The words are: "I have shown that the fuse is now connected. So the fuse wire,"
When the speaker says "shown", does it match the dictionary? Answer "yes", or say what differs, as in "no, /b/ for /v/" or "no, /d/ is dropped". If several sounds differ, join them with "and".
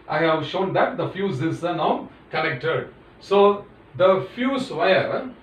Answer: yes